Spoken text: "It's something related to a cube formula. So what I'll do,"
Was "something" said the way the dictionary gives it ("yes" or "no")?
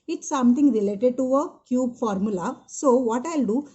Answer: no